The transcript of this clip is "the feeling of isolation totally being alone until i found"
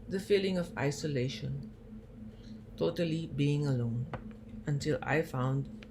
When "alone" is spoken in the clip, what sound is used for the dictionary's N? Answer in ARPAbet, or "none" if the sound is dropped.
N